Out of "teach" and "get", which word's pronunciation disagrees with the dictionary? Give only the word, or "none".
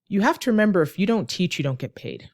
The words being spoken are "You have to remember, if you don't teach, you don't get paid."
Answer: none